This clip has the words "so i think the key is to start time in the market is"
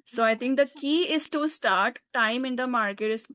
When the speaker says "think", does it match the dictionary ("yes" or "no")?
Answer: no